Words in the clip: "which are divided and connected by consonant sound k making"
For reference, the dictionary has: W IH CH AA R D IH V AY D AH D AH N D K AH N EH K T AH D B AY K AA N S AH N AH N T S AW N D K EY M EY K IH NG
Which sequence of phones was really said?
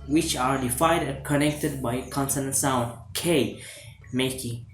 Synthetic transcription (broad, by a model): W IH CH AA R D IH F AY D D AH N K AH N EH K T AH D B AY K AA N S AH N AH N S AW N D K EY M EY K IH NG